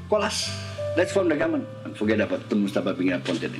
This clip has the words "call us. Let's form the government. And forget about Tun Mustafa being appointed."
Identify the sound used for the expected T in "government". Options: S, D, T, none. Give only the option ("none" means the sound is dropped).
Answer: none